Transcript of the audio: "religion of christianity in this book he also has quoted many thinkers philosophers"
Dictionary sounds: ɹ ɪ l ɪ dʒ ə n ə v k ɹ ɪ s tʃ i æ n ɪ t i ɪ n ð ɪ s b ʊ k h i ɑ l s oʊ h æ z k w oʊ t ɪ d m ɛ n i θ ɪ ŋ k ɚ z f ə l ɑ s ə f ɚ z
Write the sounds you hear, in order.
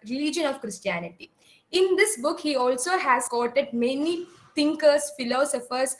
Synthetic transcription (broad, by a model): ɹ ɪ l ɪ dʒ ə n ə v k ɹ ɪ s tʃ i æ n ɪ t i ɪ n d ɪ s b ʊ k h i ɑ l s oʊ h æ z k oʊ t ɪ d m ɛ n i t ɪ ŋ k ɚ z f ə l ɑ s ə f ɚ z